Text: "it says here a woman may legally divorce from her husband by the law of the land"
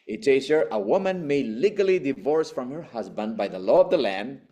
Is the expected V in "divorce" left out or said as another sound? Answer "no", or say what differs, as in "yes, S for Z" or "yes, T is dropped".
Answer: no